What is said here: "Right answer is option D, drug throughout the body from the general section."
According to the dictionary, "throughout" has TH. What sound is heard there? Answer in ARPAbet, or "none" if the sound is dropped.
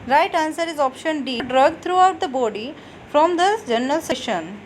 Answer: T